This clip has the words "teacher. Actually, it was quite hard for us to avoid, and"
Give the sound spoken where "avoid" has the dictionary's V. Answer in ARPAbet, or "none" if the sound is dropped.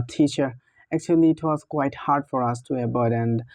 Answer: B